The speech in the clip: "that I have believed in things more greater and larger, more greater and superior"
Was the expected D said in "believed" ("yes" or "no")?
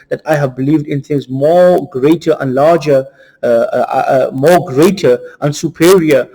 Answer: yes